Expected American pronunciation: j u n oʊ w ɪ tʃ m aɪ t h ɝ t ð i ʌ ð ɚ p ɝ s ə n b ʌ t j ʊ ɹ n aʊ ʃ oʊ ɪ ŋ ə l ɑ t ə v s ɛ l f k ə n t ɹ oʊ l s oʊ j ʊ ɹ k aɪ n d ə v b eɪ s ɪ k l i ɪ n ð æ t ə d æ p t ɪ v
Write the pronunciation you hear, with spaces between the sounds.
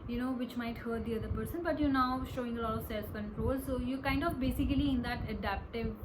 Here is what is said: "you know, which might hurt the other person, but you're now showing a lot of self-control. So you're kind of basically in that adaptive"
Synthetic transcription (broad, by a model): j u n oʊ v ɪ tʃ m aɪ t h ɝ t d i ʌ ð ɚ p ɝ s ə n b ʌ t j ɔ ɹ n aʊ ʃ oʊ ɪ ŋ ə l ɑ t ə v s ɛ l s k ə n t ɹ oʊ l s oʊ j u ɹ k aɪ n d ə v b eɪ s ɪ k l i ɪ n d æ t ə d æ p t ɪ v